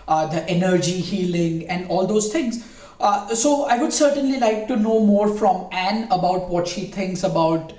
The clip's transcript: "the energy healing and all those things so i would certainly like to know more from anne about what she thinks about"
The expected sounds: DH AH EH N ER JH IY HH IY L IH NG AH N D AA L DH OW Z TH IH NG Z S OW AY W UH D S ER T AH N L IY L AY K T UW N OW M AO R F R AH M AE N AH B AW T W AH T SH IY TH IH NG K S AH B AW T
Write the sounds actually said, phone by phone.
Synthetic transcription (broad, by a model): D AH EH N ER JH IY HH IY L IH NG AH N D AA L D OW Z T IH NG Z S OW AY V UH D S ER T AH N L IY L AY K T UW N OW M AO R F R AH M AE N AH B AW T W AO T SH IY T IH NG K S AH B AW T